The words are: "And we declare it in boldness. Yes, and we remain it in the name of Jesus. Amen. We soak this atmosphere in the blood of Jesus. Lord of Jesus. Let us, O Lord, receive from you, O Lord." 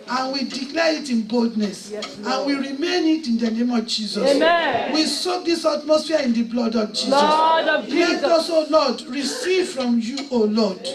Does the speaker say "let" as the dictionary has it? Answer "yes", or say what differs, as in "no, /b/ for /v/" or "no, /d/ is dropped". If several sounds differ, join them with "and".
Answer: no, /t/ is dropped